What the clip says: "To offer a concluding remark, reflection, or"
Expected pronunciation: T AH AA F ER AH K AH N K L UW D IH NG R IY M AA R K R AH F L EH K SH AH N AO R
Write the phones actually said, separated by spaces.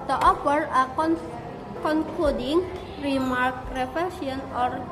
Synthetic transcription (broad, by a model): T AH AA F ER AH K AH N K L UW D IH NG R IY M AA R K R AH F EH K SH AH N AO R